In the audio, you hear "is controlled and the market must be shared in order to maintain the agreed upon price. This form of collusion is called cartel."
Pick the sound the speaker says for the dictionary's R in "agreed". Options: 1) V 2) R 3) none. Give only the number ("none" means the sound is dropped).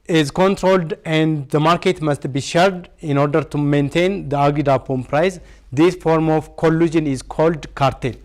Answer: 3